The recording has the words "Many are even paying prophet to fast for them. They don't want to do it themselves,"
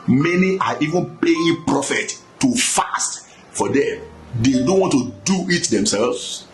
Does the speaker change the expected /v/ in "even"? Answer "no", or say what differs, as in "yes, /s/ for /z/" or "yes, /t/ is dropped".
no